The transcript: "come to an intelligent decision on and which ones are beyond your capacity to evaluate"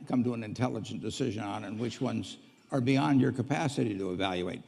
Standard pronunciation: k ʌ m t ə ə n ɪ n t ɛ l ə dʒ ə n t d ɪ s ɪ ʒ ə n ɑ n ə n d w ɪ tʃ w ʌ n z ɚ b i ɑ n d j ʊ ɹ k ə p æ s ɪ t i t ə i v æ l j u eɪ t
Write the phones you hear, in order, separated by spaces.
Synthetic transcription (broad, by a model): k ʌ m t ə ə n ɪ n t ɛ l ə dʒ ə n d ɪ s ɪ ʒ ə n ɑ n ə n w ɪ tʃ w ʌ n z ɚ b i ɑ n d j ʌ ɹ k ə p æ s ɪ t i t ə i v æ l j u eɪ t